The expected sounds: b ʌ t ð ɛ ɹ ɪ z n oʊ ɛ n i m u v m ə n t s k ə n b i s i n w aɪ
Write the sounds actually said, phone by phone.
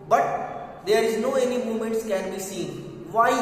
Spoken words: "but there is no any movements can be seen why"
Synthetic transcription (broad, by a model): b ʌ t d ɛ ɹ ɪ z n oʊ ɛ n i m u m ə n t s k ə n b i s i n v aɪ